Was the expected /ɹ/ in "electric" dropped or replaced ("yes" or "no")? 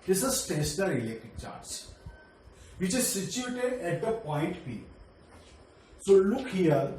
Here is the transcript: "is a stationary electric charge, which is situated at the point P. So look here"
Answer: yes